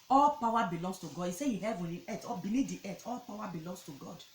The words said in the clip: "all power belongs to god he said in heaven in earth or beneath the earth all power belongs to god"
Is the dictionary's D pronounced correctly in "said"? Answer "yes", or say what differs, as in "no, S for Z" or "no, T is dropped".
no, D is dropped